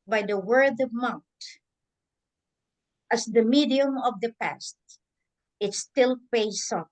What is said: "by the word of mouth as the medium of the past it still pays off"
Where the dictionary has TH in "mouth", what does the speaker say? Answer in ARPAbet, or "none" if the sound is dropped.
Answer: T